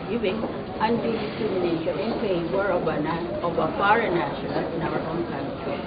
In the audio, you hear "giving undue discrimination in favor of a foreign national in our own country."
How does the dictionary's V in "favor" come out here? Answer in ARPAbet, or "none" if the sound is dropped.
W